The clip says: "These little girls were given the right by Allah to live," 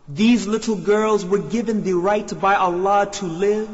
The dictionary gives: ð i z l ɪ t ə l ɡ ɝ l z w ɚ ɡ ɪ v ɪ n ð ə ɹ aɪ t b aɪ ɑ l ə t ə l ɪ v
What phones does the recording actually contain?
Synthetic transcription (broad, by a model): ð i z l ɪ t l ɡ ɝ l z w ɚ ɡ ɪ v ɪ n ð ə ɹ aɪ t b aɪ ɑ l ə t ə l ɪ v